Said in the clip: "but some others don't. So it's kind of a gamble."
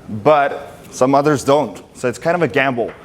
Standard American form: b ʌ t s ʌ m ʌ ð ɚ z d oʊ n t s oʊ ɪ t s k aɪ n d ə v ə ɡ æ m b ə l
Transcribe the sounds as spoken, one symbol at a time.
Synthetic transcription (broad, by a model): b ʌ t s ʌ m ʌ ð ɚ z d oʊ n t s oʊ ɪ t s k aɪ n d ə v ə ɡ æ m b l